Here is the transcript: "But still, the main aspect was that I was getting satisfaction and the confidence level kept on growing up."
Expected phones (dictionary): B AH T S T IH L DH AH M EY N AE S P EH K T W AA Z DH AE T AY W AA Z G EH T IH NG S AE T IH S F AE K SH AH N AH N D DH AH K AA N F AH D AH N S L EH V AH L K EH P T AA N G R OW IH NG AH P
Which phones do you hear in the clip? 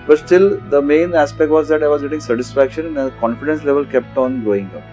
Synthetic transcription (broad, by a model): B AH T S T IH L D AH M EY N AE S P EH K T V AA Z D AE T AY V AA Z G EH T IH NG S AE T IH S F AE K SH AH N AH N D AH K AA N F AH D AH N S L EH V AH L K EH P T AA N G R OW IH NG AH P